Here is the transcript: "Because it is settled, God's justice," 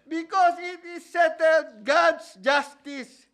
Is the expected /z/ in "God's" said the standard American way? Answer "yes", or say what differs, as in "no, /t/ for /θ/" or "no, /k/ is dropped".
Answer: no, /s/ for /z/